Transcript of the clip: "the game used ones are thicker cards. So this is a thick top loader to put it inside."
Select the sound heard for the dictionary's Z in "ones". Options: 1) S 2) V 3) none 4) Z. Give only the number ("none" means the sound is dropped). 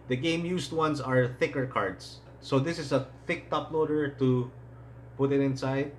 1